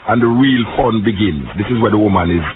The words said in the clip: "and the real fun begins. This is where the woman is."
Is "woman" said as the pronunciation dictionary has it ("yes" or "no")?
yes